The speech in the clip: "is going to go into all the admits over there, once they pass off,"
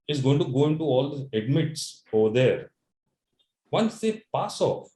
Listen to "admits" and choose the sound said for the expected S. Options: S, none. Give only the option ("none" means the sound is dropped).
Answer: S